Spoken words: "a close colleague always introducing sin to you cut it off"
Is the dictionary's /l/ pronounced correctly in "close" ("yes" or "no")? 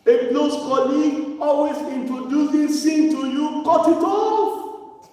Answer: no